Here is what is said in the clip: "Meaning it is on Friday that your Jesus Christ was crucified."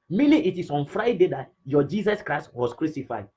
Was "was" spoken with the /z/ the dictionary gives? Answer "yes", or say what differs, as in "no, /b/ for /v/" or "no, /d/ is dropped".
no, /s/ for /z/